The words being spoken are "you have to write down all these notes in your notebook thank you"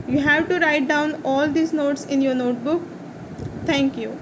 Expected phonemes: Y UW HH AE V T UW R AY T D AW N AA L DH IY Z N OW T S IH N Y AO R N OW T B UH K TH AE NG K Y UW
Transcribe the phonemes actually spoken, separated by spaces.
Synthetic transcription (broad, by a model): Y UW HH AE V T UW R AY T D AW N AA L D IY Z N OW T S IH N Y AO R N OW T B UH K T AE NG K Y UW